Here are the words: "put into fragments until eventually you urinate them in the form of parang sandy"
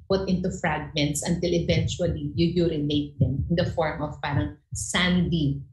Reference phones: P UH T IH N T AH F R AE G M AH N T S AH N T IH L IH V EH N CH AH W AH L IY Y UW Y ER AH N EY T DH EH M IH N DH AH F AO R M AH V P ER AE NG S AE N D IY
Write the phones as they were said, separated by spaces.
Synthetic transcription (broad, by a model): P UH T IH N T AH F R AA G M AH N T S AH N T IH L IH V EH N CH AH W AH L IY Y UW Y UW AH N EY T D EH M IH N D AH F AO R M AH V P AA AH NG S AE N D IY